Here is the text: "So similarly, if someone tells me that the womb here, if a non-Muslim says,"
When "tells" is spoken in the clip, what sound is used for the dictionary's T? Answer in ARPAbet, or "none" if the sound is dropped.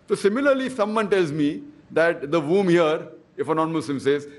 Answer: T